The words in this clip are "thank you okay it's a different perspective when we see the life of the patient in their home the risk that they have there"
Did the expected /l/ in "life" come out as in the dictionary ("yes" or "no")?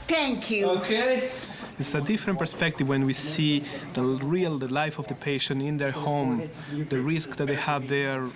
yes